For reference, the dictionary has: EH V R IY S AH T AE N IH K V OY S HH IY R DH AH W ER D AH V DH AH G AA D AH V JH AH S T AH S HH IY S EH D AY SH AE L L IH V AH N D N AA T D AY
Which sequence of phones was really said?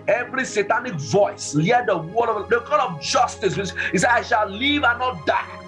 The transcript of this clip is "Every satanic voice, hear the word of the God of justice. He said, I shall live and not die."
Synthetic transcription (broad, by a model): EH V R IY S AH T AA N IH K V OY S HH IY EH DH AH W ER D AH V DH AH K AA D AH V JH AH S T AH S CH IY S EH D AY SH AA L L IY V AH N N AA T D AY